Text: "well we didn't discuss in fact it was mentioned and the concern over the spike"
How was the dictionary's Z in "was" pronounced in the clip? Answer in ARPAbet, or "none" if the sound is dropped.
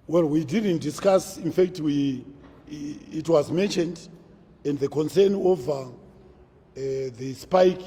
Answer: Z